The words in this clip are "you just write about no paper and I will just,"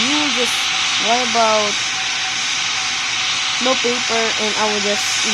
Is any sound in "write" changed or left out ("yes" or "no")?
yes